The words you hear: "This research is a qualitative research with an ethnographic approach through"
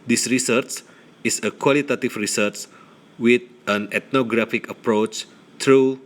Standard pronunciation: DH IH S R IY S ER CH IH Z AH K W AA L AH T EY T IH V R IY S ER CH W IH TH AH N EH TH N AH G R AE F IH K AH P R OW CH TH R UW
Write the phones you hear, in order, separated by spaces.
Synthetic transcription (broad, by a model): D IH S R IY S ER CH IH S AH K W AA L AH T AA T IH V R IY S ER CH W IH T AH N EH T N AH G R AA F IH K AH P R OW CH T R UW